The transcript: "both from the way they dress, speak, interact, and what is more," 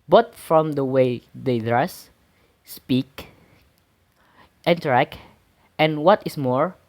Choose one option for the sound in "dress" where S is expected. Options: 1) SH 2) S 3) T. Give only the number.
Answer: 2